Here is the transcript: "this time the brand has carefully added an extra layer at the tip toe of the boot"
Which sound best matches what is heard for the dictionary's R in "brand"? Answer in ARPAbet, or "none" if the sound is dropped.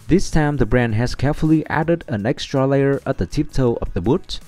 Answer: R